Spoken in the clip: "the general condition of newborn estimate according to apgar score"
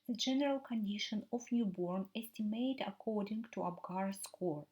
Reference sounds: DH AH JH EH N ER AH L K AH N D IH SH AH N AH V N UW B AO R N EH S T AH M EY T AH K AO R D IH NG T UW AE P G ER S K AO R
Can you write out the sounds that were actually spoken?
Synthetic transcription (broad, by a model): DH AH JH EH N ER AH L K AH N D IH SH AH N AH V N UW B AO R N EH S T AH M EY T AH K AO R D IH NG T UW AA B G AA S K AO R